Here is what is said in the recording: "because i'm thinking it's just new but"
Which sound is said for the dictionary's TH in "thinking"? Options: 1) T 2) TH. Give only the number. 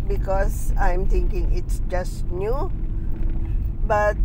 1